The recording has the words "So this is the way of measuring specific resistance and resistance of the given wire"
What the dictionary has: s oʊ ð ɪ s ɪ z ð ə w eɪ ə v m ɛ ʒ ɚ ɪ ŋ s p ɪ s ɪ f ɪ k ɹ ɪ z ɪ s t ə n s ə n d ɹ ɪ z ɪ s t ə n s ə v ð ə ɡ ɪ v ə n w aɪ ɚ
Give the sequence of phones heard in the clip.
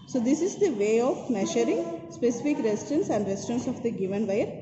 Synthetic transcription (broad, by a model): s oʊ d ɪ s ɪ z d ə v eɪ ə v m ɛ ʃ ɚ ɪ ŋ s p ɪ s ɪ f ɪ k ɹ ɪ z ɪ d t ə n s ə n d ɹ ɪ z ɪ t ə n s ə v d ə ɡ ɪ v ə n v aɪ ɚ